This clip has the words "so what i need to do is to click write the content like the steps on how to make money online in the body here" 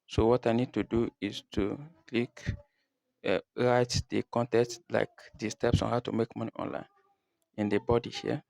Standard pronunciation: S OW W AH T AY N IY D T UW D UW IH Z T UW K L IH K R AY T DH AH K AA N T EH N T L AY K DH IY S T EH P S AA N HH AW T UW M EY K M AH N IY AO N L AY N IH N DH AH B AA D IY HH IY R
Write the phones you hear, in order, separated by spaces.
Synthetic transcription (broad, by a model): S OW W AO T AY N IY D T UW D UW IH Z T UW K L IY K R AY T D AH K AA N T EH T L AY K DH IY S T EH P S AA N HH AW T UW M EY K M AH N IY AO N L AY N IH N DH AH B AA D IY HH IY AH